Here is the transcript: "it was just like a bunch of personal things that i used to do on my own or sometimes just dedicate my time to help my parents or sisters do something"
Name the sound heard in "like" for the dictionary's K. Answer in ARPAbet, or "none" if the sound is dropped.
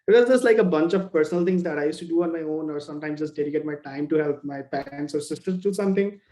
K